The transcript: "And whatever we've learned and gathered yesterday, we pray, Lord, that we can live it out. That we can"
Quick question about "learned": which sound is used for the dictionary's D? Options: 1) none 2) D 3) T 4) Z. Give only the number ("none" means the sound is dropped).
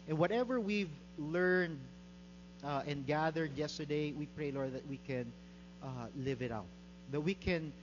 2